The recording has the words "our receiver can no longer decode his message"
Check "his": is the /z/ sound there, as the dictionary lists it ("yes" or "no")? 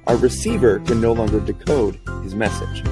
yes